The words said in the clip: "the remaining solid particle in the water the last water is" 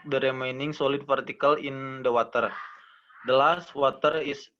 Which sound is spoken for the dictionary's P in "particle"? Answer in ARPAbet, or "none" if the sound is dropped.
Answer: F